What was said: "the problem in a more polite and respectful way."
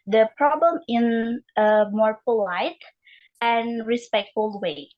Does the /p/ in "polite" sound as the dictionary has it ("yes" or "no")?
yes